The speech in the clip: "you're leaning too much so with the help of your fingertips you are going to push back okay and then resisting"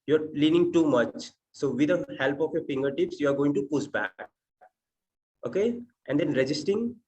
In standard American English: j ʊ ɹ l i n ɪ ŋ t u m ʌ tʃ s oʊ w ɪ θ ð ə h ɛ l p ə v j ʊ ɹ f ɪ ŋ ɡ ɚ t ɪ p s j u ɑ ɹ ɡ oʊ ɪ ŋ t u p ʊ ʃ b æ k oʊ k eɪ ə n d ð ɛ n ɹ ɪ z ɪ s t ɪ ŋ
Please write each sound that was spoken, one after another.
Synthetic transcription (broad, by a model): j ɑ ɹ l i n ɪ ŋ t u m ʌ tʃ s oʊ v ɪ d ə h ɛ l p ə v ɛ f ɪ ŋ ɡ ɚ t ɪ p s j u ɑ ɹ ɡ oʊ ɪ ŋ t u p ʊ s b æ k oʊ k eɪ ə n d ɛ n ɹ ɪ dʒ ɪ s t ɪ ŋ